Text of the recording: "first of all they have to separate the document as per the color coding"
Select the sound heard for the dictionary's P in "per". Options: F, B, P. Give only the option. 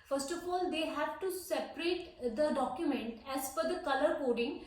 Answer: F